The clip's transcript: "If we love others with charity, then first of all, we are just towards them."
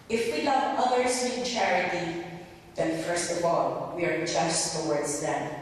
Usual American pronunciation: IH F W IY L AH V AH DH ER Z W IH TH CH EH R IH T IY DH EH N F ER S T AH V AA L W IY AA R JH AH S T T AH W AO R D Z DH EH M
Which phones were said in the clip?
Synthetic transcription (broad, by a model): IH F W IY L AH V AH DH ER S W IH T CH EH R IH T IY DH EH N F ER S T AH V AA L W IY AA R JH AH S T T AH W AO R D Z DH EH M